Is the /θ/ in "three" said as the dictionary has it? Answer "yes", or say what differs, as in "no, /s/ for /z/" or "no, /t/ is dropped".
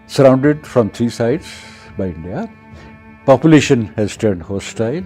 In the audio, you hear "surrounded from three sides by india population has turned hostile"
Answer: no, /t/ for /θ/